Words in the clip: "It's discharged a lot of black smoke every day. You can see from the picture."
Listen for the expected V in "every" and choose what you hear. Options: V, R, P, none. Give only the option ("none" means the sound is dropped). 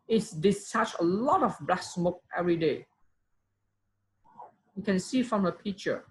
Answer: V